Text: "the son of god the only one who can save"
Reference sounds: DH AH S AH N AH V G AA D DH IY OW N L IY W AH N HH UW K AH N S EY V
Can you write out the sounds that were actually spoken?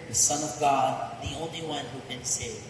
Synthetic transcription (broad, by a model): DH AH S AH N AH V G AA D DH IY OW N L IY W AH N HH UW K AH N S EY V